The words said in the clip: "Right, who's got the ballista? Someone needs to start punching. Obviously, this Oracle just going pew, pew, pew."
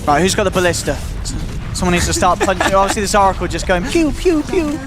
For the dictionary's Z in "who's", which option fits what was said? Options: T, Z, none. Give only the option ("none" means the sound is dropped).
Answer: Z